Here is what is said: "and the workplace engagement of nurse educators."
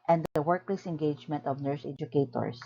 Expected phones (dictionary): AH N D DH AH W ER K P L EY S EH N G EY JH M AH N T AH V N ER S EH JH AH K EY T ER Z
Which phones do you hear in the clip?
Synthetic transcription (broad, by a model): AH N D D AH W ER K L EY S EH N G EY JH M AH N T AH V N ER S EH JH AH K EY T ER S